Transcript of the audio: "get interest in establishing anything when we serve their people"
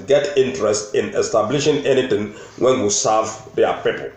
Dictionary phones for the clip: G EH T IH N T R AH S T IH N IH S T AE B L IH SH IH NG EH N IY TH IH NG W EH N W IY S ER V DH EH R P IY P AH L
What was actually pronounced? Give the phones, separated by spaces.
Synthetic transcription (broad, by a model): G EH T IH N T R AH S T IH N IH S T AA B L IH SH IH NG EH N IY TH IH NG W EH N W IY S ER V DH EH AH P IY P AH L